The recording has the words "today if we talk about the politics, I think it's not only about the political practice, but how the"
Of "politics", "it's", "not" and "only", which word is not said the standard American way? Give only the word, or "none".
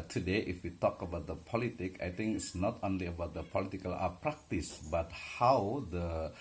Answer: politics